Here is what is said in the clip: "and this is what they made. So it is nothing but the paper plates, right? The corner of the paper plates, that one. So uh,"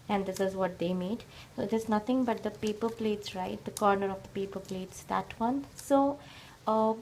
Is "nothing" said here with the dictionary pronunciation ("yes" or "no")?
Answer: no